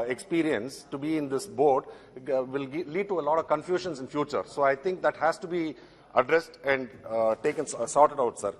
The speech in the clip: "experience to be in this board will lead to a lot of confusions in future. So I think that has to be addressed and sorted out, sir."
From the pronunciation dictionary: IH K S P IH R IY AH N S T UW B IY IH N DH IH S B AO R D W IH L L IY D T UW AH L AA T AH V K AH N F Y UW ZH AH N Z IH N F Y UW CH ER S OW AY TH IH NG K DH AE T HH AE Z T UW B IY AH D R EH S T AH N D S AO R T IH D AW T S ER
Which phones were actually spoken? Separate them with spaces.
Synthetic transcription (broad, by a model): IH K S P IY R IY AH N S T UW B IY IH N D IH S B AO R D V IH L L IY D T UW AH L AA T AH V K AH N F Y UW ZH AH N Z IH N F Y UW CH ER S OW AY T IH NG K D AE T HH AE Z T UW B IY AH D R EH S T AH N D S AO R T IH D AW T S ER